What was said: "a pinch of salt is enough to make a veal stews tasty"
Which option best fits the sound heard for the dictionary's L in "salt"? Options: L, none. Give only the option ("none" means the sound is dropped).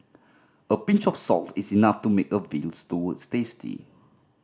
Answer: L